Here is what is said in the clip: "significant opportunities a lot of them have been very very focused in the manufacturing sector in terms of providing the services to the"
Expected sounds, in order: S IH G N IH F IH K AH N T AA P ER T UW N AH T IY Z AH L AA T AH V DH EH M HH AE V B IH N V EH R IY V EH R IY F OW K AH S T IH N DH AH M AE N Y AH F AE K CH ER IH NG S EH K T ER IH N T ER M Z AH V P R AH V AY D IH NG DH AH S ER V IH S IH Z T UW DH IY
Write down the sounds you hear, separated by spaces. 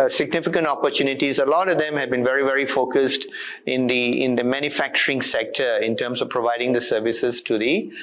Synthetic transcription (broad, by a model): S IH G N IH F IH K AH N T AA P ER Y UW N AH T IY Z AH L AA T AH V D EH M HH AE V B IH N V EH R IY V EH R IY F OW K AH S T IH N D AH M AE N Y AH F AE K CH ER IH NG S EH K T ER IH N T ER M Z AH V P R AH V AY D IH NG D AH S ER V IH S IH Z T UW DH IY